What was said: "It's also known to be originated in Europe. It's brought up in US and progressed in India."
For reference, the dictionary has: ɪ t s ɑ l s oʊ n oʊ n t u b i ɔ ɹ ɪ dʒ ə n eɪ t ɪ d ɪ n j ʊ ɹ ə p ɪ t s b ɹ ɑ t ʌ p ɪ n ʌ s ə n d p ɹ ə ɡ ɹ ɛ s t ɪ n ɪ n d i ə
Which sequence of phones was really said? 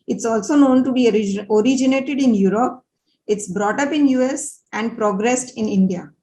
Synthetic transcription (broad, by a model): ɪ t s ɑ l s oʊ n oʊ n t u b i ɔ ɹ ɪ dʒ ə n eɪ t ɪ d ɪ n j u ɹ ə p ɪ t s b ɹ ɑ t ʌ p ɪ n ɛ s ə n d p ɹ ə ɡ ɹ ɛ s t ɪ n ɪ n d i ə